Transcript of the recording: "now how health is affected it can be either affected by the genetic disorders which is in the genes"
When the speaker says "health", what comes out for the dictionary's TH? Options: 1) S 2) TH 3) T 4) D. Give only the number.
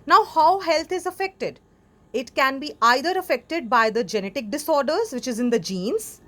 3